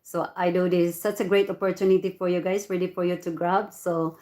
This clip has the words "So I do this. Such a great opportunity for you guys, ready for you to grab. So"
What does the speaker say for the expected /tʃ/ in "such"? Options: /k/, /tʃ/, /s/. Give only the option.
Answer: /s/